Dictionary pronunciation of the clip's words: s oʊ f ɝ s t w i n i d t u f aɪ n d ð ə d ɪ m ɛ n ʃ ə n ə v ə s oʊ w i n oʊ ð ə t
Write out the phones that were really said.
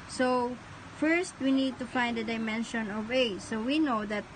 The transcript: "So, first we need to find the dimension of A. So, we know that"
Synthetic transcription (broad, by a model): s oʊ f ɝ s t w i n i d t u f aɪ n d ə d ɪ m ɛ n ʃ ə n ə v ə s oʊ w i n oʊ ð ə t